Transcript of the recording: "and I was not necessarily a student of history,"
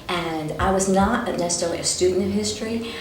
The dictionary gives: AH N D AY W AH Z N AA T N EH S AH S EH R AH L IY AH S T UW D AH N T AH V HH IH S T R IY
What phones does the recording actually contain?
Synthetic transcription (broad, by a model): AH N AY W AH Z N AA T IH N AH S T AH IY AH S T UW D N T AH V HH IH S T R IY